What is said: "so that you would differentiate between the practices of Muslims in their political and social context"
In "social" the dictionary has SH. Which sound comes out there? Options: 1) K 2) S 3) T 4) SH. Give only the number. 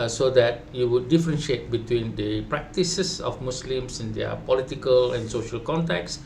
4